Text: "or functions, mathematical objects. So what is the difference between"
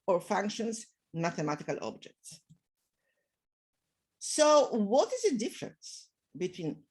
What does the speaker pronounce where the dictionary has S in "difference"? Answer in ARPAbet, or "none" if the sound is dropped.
S